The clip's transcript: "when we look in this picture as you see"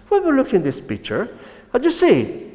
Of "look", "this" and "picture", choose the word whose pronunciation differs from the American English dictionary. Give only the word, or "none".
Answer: none